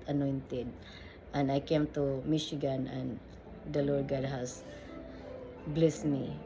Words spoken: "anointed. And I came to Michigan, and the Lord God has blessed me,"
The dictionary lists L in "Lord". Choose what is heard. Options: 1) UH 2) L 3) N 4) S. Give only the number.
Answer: 2